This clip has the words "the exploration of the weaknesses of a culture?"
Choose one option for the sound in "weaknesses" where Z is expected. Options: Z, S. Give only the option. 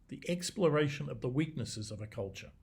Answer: Z